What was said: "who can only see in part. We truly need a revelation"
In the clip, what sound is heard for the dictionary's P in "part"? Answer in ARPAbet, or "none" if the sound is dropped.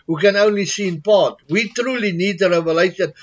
B